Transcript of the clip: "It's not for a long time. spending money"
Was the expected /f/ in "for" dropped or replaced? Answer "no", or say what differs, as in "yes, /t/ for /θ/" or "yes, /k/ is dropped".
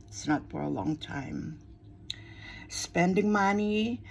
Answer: no